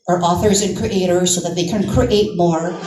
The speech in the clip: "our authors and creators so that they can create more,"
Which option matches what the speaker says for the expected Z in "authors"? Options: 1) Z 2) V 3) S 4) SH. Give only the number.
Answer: 1